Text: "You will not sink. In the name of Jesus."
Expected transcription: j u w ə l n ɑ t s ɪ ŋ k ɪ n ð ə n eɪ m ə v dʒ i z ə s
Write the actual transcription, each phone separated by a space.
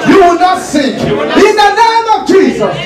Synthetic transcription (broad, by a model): j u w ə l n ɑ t s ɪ k ɪ n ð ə n eɪ m ə v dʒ i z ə s